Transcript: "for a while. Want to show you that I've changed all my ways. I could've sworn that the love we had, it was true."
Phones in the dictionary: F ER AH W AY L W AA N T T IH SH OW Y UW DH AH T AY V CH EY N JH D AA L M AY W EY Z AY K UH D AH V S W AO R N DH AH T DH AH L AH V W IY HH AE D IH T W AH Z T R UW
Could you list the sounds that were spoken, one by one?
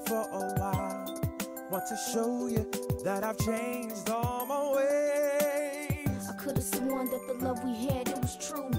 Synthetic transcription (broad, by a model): F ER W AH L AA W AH T IH SH OW Y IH DH AH T AY V CH EY N JH D AA L M AY W EY AY K UH D AH V S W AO N DH AH T DH AH L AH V W IY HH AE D IH T W AH Z T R UW